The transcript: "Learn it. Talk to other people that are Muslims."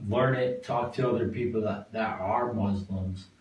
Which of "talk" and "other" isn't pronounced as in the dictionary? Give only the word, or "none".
none